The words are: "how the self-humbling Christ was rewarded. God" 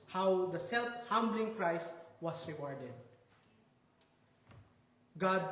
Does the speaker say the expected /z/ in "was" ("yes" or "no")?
no